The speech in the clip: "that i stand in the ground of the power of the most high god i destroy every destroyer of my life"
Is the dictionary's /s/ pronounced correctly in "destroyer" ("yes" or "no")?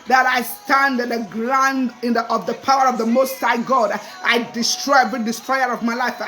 yes